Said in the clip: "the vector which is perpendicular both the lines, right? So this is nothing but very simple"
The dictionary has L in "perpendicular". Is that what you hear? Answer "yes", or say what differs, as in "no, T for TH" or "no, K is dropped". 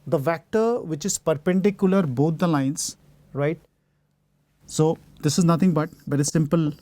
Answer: yes